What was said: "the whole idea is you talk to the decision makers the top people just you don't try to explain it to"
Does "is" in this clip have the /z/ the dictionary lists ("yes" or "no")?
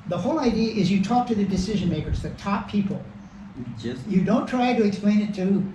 yes